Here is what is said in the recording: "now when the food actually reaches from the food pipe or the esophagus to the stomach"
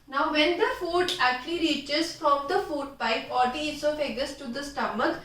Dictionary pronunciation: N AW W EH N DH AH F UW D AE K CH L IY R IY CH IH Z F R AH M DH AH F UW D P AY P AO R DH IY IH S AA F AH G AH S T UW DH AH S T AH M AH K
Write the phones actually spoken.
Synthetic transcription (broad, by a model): N AW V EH N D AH F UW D AE K CH L IY R IY CH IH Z F R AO M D AH F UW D P AY P AO R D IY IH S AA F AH G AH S T UW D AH S T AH M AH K